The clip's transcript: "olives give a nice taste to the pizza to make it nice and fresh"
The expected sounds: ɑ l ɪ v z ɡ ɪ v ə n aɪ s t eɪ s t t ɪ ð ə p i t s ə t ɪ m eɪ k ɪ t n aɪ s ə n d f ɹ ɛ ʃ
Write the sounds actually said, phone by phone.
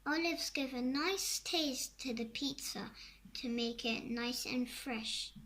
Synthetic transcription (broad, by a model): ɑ l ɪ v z ɡ ɪ v ə n aɪ s t eɪ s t t ɪ ð ə p i t s ə t ɪ m eɪ k ɪ t n aɪ s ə n f ɹ ɛ ʃ